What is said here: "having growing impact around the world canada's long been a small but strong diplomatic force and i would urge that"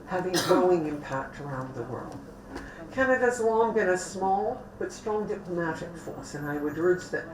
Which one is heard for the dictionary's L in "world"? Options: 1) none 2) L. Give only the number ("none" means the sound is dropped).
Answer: 2